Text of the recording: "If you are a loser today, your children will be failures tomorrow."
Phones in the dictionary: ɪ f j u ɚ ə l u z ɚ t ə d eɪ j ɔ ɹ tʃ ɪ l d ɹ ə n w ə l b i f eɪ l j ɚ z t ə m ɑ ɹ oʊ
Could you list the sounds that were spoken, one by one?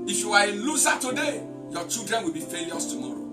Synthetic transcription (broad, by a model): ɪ f j u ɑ ə l u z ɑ t ə d eɪ j ɔ tʃ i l d ɹ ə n w ə l b i f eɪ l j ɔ s t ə m ɑ ɹ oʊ